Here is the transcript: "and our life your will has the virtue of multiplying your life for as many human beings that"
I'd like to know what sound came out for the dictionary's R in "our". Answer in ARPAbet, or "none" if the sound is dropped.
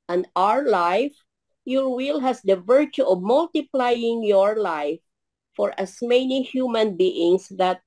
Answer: R